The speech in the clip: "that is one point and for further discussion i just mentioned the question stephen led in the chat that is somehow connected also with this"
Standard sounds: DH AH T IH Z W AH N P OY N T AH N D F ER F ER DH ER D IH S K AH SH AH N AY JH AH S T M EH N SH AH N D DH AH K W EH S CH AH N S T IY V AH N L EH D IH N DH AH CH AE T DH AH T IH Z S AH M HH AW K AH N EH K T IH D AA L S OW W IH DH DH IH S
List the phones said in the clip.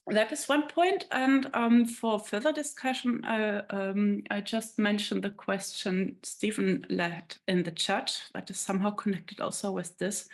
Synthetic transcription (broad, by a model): DH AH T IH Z W AH N P OY N T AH N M F ER F ER DH ER D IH S K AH SH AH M AY JH AH S T M EH N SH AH N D DH AH K W EH S CH AH N S T IY V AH N L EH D IH N DH AH CH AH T DH AH T IH Z S AH M HH AW K AH N EH K T IH D AA L S OW W IH DH DH IH S